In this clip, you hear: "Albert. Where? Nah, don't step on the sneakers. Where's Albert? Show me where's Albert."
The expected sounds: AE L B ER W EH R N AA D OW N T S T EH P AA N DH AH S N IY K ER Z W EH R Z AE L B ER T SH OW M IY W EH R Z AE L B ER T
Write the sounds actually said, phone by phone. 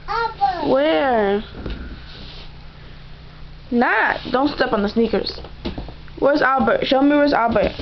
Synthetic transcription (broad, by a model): W EH R N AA D OW N T S T EH P N DH AH S N IY K ER Z W EH R Z AE L B ER T SH OW M IY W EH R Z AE L B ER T